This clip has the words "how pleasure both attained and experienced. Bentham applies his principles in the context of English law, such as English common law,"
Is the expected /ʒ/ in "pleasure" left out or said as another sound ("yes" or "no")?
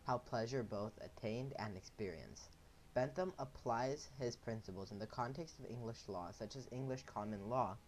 no